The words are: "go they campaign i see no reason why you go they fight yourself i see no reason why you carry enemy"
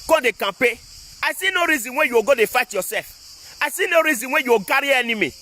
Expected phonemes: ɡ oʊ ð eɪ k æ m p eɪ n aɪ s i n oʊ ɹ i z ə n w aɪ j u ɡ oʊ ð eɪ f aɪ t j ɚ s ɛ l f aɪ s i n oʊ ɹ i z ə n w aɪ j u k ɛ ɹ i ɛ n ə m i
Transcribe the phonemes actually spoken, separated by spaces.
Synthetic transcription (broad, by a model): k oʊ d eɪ k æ p eɪ aɪ s i n oʊ ɹ i z ə n w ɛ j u ɡ oʊ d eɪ f aɪ t j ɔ s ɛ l f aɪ s i n oʊ ɹ i z ə n w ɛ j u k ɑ ɹ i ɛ n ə m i